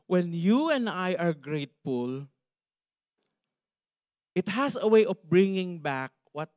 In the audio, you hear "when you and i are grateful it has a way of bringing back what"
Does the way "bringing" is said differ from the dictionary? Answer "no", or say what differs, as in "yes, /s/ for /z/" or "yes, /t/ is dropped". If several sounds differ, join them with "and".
no